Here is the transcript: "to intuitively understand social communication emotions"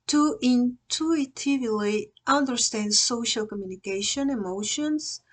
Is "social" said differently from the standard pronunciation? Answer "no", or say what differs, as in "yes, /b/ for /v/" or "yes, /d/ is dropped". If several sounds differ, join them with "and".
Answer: no